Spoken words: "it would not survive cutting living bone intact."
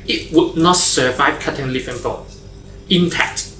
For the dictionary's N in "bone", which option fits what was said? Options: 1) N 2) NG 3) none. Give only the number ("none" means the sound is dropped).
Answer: 3